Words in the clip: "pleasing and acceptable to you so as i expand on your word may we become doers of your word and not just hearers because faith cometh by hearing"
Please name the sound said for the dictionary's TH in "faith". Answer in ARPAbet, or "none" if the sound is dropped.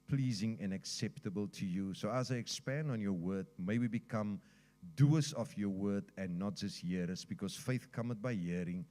TH